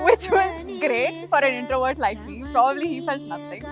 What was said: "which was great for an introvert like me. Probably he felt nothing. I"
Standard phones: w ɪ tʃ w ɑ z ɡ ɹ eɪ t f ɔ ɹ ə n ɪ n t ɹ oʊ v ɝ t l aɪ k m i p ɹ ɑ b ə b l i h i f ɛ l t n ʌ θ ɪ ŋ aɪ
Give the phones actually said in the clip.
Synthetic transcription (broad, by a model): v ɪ tʃ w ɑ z ɡ ɹ eɪ t f ɔ ɹ ə n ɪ n t ɹ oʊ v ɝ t l aɪ k m i p ɹ ɑ b ə b l i h i f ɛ l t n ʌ t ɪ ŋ